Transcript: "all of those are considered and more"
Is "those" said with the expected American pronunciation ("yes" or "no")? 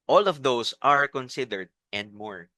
no